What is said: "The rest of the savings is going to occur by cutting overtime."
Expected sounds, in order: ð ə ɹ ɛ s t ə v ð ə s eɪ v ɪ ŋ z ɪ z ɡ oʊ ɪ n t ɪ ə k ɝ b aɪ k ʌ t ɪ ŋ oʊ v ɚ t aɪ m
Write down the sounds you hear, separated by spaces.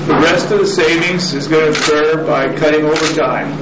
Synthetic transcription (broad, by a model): ð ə ɹ ɛ s t ə v ð ə s eɪ v ɪ ŋ z ɪ z ɡ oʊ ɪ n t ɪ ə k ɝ b aɪ k ʌ t ɪ ŋ oʊ v ɚ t aɪ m